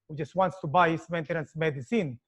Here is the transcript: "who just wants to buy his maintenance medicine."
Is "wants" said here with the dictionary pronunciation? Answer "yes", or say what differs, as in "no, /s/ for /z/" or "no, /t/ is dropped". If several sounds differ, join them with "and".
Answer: yes